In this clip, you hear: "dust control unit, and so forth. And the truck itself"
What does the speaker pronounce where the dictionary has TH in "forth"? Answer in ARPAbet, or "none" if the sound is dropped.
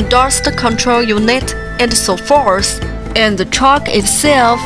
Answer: S